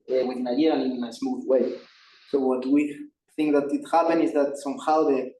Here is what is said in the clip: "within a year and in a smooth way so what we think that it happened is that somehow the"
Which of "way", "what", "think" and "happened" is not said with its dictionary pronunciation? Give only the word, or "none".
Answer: happened